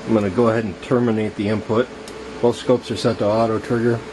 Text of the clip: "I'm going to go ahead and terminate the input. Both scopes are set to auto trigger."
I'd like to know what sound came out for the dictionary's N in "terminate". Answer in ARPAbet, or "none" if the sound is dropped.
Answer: N